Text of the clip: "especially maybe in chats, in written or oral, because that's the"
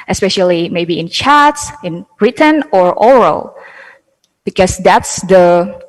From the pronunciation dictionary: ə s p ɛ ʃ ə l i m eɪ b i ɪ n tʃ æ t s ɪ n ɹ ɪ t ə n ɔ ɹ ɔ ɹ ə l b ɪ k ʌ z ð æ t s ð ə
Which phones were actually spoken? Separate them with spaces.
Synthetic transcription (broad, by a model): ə s p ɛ ʃ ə l i m eɪ b i ɪ n tʃ æ t s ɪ n ɹ ɪ t ə n ɔ ɹ ɔ ɹ ə l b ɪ k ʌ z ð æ t s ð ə